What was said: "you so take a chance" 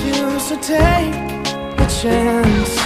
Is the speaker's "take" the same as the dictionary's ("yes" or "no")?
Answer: no